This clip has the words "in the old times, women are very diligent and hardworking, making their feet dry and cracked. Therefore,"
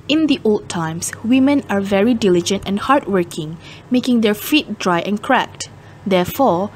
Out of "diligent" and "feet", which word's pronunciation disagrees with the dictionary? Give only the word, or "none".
none